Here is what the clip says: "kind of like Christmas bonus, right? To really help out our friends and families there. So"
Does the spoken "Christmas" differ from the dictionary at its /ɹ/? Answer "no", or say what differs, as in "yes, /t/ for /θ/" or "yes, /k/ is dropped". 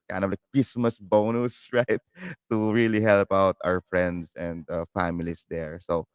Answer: no